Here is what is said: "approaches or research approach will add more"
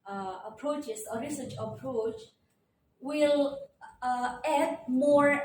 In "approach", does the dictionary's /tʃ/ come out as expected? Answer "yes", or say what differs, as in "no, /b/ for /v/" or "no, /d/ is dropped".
yes